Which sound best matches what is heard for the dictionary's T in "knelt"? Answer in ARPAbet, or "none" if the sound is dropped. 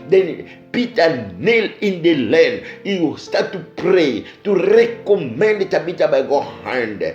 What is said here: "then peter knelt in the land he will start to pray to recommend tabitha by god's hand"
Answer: none